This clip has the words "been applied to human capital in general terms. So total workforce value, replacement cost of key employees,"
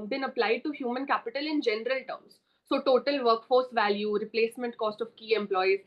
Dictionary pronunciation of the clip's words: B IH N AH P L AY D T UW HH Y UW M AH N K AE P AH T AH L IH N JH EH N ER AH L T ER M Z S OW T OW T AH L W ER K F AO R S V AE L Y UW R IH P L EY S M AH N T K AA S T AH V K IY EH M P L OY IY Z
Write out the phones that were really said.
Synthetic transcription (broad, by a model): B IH N AH P L AY D T UW HH Y UW M AH N K AE P AH T AH L IH N JH EH N ER AH L T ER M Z S OW T OW T AH L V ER K F AO R S V AE L Y UW R IH P L EY S M AH N T K AA S T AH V K IY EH M P L OY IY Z